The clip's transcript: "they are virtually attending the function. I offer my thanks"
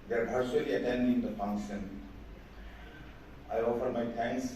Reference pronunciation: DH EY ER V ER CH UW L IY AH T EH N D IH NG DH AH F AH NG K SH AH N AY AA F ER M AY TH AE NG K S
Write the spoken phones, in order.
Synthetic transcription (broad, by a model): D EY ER B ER S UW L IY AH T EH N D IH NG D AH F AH NG K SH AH N AY AA F ER M AY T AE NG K S